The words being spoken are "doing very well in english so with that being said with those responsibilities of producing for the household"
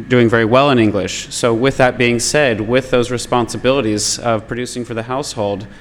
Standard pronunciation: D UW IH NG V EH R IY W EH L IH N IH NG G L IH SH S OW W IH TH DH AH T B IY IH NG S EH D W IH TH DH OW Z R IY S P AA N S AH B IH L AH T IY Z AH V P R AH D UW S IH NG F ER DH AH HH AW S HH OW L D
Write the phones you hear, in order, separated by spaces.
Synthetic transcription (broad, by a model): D UW IH NG V EH R IY W EH L IH N IH NG G L IH SH S OW W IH DH AH T B IY IH NG S EH D W IH DH OW Z R IY S P AA N S AH B IH L AH T IY Z AH V P R AH D UW S IH NG F ER DH AH HH AW S HH OW L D